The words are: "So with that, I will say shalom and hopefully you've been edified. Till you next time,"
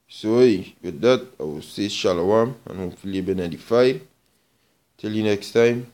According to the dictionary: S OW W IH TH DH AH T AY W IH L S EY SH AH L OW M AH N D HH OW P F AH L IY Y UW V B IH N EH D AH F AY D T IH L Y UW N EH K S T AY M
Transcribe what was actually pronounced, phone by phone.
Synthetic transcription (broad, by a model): S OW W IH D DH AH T AY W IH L S EY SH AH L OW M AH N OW F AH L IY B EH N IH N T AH F AY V T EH L Y UW N EH K S T AY M